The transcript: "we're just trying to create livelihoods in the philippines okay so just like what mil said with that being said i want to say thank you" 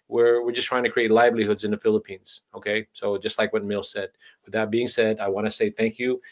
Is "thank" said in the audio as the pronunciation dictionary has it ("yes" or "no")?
yes